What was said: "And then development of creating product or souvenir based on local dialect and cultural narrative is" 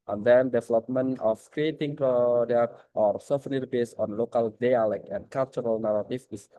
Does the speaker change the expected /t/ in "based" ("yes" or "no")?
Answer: yes